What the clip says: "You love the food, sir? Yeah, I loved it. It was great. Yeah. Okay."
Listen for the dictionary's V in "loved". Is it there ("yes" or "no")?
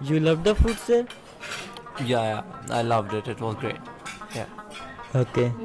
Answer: yes